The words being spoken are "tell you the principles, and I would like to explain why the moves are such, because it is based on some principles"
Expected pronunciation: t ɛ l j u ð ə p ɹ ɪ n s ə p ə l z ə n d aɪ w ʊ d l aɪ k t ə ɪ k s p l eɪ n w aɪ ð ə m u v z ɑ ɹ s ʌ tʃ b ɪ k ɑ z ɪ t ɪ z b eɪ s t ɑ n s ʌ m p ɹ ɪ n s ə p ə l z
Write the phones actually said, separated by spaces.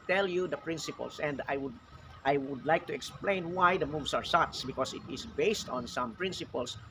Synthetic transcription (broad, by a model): t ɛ l j u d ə p ɹ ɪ n s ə p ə l s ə n d aɪ w ʊ d l aɪ k t ə ɪ k s p l eɪ n w aɪ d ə m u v s ɑ ɹ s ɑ s b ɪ k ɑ s ɪ t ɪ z b eɪ s t ɑ n s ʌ m p ɹ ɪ n s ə p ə l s